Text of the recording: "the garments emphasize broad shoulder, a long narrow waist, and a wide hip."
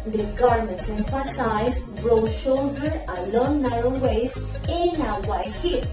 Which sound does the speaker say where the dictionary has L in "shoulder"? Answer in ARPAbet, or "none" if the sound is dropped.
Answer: L